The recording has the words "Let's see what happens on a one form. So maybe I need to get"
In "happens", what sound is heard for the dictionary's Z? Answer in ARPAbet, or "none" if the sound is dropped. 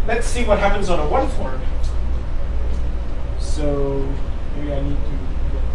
Z